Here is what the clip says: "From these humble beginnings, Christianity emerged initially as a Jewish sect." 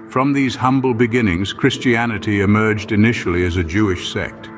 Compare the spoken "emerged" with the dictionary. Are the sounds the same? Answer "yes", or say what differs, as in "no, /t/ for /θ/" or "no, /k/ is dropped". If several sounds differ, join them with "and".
yes